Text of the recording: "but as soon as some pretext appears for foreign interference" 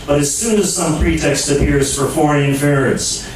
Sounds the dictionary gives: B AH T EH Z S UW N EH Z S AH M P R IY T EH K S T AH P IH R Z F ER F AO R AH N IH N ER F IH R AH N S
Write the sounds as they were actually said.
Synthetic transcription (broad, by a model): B AH T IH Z S UW N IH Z S AH M P R IY T EH K S T AH P IH R Z F ER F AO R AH IH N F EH R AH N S